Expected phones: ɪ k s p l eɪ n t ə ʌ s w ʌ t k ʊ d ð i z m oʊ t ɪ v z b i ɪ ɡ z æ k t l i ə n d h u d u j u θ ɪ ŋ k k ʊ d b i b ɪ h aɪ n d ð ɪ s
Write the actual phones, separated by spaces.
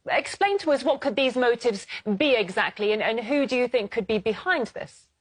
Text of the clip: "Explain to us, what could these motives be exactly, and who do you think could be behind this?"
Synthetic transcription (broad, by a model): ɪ k s p l eɪ n t ə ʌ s w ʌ t k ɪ d ð i z m oʊ t ɪ v z b i ɪ ɡ z æ k t l i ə n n h u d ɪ j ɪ θ ɪ ŋ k k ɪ d b i b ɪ h aɪ n ð ɪ s